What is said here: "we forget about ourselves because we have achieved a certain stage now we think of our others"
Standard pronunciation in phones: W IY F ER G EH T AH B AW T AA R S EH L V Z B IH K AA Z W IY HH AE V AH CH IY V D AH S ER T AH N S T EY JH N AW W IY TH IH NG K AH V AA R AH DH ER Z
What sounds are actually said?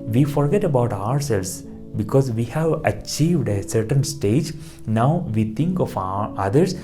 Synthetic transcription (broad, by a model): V IY F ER G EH T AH B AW T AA R S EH L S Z B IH K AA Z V IY HH AE V AH CH IY V D AH S ER T AH N S T EY JH N AW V IY T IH NG K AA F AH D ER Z